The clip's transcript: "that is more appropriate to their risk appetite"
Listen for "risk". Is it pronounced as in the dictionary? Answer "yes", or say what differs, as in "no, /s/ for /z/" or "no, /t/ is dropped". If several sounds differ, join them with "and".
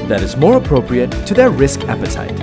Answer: yes